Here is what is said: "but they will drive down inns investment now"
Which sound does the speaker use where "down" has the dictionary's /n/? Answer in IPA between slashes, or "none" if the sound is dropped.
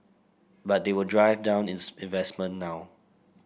/n/